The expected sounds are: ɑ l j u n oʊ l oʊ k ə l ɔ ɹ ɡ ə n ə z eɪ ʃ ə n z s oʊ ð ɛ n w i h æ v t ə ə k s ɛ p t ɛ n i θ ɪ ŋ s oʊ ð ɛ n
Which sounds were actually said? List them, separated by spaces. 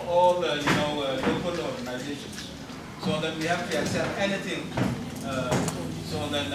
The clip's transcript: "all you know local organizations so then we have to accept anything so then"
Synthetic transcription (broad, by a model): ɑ l j u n oʊ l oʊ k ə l ɔ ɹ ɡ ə n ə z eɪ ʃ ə n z s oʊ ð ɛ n w i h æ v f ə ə s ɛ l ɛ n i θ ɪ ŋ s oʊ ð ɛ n